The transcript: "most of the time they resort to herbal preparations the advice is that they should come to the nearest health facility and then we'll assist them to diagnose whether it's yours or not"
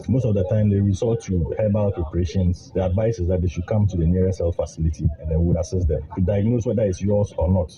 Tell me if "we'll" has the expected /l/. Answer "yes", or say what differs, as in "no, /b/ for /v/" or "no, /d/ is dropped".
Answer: no, /w/ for /l/